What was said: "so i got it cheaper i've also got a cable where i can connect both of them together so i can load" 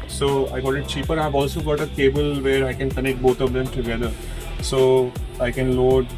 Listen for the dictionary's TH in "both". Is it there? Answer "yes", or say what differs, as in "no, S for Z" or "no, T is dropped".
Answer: no, T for TH